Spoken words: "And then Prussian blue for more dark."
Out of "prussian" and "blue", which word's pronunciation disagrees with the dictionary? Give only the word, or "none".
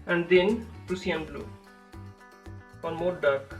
prussian